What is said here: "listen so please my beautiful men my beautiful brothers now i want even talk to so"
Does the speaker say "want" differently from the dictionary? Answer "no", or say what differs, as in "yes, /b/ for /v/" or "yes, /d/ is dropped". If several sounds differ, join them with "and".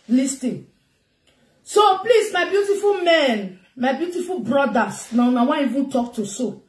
yes, /t/ is dropped